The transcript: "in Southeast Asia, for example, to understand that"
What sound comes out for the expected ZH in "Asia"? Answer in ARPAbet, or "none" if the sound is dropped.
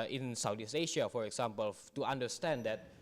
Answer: SH